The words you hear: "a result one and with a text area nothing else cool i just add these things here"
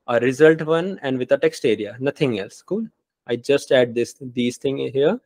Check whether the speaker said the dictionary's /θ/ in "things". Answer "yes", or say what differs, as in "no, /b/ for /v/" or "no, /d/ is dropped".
no, /t/ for /θ/